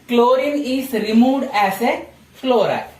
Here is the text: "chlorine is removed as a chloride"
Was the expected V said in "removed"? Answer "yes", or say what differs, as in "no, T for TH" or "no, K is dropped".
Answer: no, V is dropped